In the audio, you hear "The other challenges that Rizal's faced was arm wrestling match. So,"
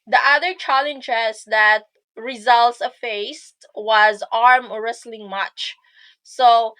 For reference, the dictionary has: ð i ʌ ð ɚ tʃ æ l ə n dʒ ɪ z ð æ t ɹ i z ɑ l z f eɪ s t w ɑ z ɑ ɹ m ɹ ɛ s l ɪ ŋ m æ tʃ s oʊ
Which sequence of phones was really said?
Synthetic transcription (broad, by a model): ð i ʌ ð ɚ tʃ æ l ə n dʒ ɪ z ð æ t ɹ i z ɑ l s f eɪ s t w ɑ z ɑ ɹ m ɹ ɛ s l ɪ ŋ m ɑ tʃ s oʊ